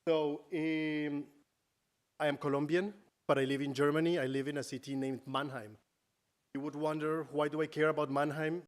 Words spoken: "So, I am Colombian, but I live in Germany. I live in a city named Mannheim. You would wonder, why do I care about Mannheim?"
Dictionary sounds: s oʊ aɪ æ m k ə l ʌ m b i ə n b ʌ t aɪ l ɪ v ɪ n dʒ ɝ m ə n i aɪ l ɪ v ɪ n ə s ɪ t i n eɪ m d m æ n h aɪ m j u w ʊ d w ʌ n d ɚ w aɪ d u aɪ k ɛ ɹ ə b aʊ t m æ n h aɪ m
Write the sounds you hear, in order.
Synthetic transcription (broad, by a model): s oʊ aɪ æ m k ə l ʌ m b i ə n b ʌ t aɪ l ɪ v ɪ n dʒ ɝ m ə n i aɪ l ɪ v ɪ n ə s ɪ t i n eɪ m d m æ n h aɪ m j u w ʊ d w ʌ n d ɚ w aɪ d u aɪ k ɛ ɹ ə b aʊ t m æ n h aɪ m